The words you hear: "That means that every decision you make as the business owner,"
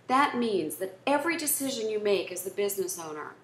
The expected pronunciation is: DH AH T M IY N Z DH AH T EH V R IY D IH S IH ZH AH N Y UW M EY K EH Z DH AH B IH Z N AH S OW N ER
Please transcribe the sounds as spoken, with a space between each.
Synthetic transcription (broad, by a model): DH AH T M IY N Z DH AH T EH V R IY D IH S IH ZH AH N Y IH M EY K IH Z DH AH B IH Z N AH S OW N ER